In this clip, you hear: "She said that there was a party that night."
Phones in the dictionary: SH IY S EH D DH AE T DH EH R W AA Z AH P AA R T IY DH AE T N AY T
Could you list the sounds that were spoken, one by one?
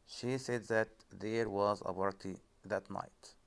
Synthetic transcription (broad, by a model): SH IY S EH D DH AE T DH EH R W AA Z AH B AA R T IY DH AE T N AY T